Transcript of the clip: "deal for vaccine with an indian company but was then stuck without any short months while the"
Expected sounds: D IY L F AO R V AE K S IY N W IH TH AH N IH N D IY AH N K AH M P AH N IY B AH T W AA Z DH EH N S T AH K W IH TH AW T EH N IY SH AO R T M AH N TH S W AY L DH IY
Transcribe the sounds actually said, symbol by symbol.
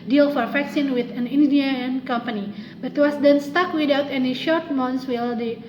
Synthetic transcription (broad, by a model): D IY L F AO R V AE K S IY N W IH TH AH N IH N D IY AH N K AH M P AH N IY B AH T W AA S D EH N S T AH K W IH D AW T EH N IY SH AO R T M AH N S W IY L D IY